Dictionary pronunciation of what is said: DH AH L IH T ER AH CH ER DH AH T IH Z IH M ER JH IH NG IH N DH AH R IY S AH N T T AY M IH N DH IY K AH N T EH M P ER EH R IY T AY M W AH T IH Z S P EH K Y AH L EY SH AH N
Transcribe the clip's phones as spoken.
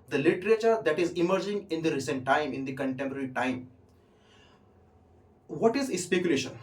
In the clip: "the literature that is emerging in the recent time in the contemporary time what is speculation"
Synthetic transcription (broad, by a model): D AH L IH T ER AH CH ER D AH T IH Z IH M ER JH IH NG IH N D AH R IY S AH N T T AY M IH N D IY K AH N T EH M P ER EH R IY T AY M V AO T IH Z S P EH K Y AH L EY SH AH N